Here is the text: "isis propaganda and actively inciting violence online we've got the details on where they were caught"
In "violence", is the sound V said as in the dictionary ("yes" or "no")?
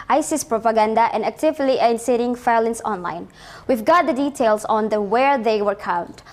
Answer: no